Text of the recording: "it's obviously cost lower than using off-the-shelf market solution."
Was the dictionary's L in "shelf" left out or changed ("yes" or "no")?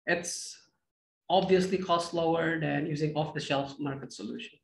no